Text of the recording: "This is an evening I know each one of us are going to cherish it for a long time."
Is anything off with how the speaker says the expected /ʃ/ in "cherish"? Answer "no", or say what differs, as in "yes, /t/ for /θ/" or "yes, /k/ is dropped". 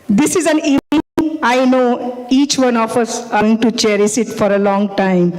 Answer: yes, /s/ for /ʃ/